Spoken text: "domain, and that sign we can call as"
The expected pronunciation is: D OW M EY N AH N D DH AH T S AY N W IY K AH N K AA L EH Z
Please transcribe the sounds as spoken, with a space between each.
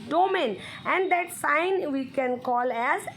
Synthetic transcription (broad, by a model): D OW M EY N AH N D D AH T S AY N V IY K AH N K AA L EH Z